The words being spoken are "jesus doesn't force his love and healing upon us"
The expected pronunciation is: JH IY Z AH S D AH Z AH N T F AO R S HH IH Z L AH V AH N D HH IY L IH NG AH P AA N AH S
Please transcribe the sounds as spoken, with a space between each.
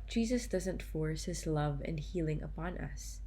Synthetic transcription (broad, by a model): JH IY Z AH S D AH Z AH N T F AO R S HH IH Z L AH V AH N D HH IY L IH NG AH P AA N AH S